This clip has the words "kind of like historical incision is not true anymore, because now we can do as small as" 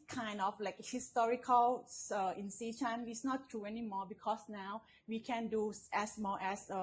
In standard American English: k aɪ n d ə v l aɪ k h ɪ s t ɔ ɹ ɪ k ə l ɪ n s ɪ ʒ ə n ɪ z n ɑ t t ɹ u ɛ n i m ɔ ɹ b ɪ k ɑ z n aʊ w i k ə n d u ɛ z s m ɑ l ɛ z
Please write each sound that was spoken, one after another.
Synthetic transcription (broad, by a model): k aɪ n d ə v l aɪ k h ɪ s t ɔ ɹ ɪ k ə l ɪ n s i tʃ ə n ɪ s n ɑ t t ɹ u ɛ n i m ɔ b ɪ k ɑ s n aʊ w i k ə n d u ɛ s m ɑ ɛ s